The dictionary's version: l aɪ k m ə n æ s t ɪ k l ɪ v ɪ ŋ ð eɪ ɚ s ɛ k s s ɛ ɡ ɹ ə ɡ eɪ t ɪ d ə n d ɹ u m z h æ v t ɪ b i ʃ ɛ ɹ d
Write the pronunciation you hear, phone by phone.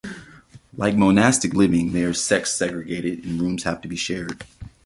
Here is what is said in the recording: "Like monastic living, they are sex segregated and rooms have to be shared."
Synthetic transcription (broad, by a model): l aɪ k m ə n æ s t ɪ k l ɪ v ɪ ŋ ð eɪ ɚ s ɛ k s s ɛ ɡ ɹ ə ɡ eɪ t ɪ d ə n ɹ u m z h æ f t ɪ b i ʃ ɛ ɹ d